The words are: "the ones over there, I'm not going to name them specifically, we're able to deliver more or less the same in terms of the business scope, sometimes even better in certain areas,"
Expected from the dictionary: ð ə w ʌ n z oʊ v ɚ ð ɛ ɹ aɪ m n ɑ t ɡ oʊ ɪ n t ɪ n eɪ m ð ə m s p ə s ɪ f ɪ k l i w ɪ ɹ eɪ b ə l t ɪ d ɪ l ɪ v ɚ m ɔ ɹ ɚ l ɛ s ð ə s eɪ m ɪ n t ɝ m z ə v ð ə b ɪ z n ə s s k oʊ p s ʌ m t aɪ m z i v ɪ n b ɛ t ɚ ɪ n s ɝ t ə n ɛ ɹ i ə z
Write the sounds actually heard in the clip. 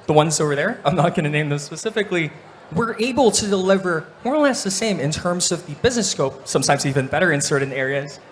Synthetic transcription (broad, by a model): ð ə w ʌ n z oʊ v ɚ ð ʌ ɹ aɪ m n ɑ t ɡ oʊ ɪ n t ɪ n eɪ m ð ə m s p ə s ɪ f ɪ k l i w ɪ ɹ eɪ b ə l t ɪ d ɪ l ɪ v ɚ m ɔ ɹ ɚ l ɛ s ð ə s eɪ m ɪ n t ɝ m z ə v ð ə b ɪ z n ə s s k oʊ p s ʌ m t aɪ m z i v ɪ n b ɛ t ɚ ɪ n s ɝ t n ɛ ɹ i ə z